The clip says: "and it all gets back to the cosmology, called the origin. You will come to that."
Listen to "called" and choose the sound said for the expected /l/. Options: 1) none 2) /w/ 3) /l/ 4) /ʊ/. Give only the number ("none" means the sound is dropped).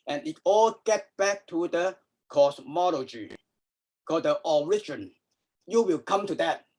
1